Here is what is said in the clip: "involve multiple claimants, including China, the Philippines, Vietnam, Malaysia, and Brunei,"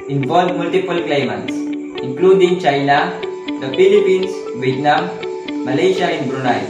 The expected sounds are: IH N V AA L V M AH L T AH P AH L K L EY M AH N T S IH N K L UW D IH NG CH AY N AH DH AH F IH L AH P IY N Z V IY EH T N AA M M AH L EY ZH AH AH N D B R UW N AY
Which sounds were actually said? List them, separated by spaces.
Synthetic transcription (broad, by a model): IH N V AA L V M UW L T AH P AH L K L EY M AH N T S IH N K L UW D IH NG CH AY N AH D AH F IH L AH P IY N S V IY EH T N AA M M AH L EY SH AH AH N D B R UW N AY